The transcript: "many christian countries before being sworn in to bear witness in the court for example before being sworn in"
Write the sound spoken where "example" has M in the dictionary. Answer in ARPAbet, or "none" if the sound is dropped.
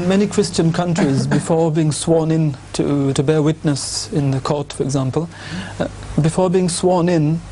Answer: M